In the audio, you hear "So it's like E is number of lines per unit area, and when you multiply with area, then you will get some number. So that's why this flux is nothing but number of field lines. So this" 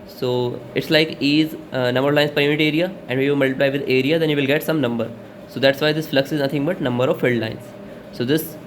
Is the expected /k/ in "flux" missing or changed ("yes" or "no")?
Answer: no